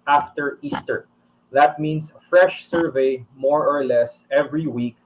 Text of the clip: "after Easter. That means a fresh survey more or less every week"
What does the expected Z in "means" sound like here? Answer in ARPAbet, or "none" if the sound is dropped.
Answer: S